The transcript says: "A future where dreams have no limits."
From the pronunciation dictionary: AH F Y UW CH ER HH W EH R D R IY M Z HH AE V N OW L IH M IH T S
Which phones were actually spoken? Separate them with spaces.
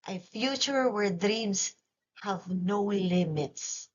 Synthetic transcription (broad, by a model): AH F Y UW CH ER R W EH R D R IY M S HH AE V N OW L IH M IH T S